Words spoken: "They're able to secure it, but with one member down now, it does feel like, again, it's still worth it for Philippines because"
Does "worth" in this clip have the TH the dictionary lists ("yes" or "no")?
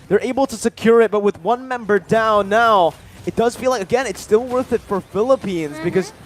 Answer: yes